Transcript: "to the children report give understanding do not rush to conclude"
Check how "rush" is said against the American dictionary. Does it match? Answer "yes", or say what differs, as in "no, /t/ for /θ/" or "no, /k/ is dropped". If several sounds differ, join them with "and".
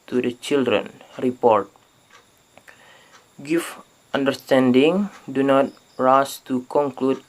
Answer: no, /s/ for /ʃ/